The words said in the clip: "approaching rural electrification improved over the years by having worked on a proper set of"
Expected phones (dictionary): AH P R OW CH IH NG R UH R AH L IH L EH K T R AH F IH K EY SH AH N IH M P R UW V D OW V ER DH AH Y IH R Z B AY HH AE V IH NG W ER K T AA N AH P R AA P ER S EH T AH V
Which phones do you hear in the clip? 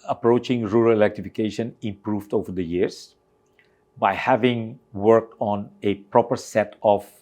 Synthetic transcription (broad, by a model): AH P R OW CH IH NG R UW R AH L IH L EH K T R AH F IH K EY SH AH N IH M P R UW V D OW V ER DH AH Y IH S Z B AY HH AE V IH NG W ER K T AA N AH P R AA P ER S EH T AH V